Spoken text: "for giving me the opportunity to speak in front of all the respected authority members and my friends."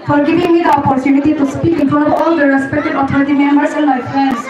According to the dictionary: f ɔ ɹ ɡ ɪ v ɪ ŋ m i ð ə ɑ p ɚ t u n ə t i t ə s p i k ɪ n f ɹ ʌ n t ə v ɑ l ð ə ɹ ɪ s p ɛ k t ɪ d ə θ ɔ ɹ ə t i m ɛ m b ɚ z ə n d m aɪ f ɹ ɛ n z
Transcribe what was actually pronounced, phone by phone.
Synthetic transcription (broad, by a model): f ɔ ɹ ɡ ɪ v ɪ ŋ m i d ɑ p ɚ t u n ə t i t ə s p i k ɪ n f ʌ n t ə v ɑ l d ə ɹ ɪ s p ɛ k t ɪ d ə t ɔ ɹ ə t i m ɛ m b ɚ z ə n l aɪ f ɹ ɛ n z